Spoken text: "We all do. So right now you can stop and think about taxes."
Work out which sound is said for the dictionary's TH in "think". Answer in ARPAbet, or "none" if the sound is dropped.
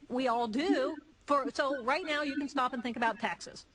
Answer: TH